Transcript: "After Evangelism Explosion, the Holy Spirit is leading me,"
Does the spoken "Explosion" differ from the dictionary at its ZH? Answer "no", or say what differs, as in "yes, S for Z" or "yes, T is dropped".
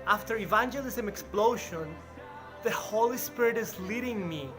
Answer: yes, SH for ZH